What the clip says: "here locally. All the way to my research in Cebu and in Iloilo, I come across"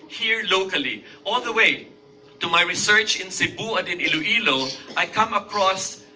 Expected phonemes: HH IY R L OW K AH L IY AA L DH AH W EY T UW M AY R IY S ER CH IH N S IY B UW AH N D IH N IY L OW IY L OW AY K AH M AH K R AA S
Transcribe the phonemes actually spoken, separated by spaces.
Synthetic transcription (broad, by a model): HH IY R L OW K AH L IY AA L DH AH W EY T UW M AY R IY S ER CH IH N S IY B UW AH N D IH N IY L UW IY L OW AY K AH M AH K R AA S